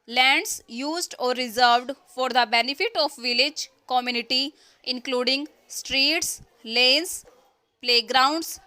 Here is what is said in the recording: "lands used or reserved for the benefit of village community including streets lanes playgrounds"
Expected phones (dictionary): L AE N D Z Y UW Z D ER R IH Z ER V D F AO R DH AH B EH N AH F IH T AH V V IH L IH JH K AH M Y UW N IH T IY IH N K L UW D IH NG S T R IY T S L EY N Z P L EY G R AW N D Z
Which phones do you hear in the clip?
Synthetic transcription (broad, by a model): L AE N D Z Y UW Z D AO R IH Z ER V D F AO R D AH B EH N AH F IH T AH F V IH L IH JH K AH M Y UW N IH T IY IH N K L UW D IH NG S T R IY T S L EY N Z P L EY G R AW N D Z